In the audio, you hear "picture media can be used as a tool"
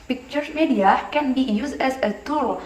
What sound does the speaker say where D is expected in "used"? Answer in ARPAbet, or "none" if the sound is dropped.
none